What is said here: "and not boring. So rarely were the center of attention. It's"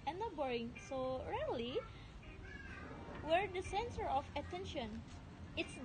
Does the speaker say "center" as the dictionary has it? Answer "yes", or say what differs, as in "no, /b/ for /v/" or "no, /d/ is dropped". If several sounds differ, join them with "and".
no, /s/ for /t/